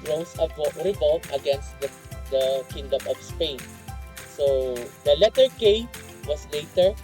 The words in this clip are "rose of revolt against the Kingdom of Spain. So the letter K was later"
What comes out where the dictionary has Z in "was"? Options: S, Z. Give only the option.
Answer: S